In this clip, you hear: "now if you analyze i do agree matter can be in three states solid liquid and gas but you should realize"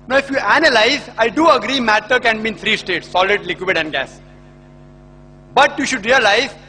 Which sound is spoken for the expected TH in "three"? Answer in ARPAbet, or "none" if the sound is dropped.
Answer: T